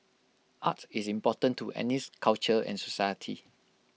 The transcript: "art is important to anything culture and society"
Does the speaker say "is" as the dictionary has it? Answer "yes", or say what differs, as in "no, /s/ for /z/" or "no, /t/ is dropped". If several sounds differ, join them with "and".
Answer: no, /s/ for /z/